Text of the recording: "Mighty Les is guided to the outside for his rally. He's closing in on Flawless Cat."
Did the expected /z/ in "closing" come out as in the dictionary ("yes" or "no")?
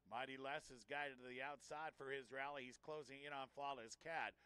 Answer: yes